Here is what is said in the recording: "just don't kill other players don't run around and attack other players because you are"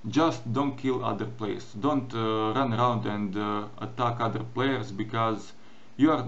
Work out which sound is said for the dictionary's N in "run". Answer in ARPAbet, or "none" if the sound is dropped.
N